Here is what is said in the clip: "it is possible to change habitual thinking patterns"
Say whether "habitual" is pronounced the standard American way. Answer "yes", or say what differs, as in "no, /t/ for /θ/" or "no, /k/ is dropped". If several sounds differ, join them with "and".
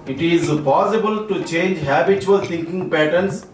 no, /s/ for /tʃ/